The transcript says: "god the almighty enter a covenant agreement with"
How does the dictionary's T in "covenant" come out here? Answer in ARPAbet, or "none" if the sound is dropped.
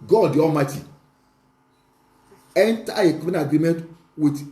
none